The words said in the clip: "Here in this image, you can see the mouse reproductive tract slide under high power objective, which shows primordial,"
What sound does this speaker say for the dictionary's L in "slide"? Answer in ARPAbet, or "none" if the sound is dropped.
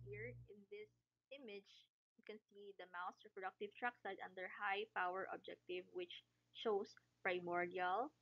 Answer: none